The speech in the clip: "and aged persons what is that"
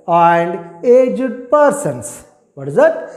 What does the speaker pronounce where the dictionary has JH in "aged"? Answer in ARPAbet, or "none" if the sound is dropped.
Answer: JH